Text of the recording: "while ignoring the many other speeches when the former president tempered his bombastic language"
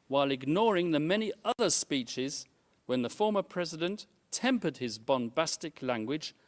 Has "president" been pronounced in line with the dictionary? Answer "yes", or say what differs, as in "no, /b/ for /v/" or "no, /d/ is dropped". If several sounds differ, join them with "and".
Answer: yes